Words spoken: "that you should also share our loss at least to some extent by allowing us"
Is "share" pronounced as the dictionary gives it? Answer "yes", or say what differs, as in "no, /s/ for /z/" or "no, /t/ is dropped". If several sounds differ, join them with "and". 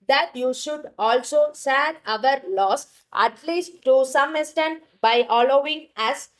no, /s/ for /ʃ/